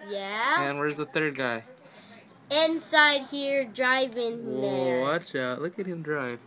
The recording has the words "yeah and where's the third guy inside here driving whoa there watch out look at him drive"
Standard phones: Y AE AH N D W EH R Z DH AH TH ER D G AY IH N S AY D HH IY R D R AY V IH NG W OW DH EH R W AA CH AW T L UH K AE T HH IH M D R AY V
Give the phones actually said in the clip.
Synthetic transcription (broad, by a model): Y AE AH N W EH R Z DH AH TH ER D G AY IH N S AY D HH IY R D R AY V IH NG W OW W AA CH AW T L UH K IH T HH IH M D R AY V